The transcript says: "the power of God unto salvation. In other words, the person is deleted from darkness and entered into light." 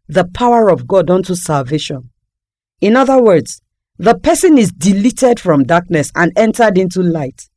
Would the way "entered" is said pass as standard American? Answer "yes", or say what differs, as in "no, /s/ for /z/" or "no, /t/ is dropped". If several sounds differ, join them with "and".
yes